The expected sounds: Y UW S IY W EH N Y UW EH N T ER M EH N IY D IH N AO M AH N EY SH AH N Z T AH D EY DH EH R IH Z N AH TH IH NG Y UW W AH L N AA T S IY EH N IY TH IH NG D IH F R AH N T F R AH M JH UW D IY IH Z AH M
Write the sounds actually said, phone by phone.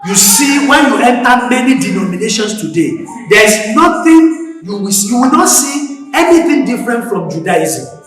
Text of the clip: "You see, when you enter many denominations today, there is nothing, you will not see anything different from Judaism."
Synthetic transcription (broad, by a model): Y UW S IY W EH N Y UW EH N T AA M EH N IY D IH N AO M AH N EY SH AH N S T AH D EY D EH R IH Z N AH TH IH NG Y UW W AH W N AA T S IY EH N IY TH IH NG D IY F R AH N T F R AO M JH UW D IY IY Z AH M